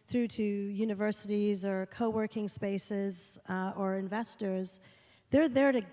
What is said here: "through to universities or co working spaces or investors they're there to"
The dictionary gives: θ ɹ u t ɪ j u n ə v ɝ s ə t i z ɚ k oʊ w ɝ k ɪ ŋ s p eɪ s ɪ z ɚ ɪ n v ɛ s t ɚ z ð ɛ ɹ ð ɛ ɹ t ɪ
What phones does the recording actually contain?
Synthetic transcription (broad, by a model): θ ɹ u t ɪ j u n ə v ɝ s ə t i z ɚ k oʊ w ɝ k ɪ ŋ s p eɪ s ɪ z ɚ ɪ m v ɛ s t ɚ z ð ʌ ɹ ð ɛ ɹ t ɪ